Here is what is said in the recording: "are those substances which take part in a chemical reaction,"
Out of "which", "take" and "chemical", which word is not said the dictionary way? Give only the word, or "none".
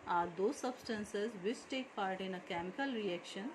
which